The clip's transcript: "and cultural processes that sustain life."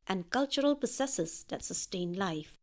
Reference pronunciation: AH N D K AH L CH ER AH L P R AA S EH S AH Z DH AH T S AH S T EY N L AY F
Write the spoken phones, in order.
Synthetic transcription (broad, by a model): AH N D K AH L CH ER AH L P AA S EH S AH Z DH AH T S AH S T EY N L AY F